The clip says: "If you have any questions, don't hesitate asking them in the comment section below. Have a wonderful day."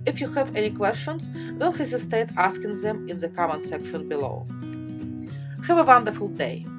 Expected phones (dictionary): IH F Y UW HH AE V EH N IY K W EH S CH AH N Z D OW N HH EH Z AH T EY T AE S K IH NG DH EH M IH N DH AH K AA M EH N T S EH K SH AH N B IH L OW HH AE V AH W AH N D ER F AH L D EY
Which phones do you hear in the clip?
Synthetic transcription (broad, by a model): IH F Y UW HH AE V EH N IY K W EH S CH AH N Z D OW L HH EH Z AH T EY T AE S K IH NG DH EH M IH N DH AH K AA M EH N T S EH K SH AH N B IH L OW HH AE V AH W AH N D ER F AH L D EY